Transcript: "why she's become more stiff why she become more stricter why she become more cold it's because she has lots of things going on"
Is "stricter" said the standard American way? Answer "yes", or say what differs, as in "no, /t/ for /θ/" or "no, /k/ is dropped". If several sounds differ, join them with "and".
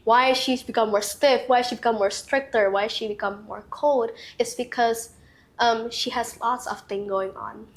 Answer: yes